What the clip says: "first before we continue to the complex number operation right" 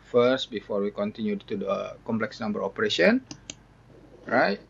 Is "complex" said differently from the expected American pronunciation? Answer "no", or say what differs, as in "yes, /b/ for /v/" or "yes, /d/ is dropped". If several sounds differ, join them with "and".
no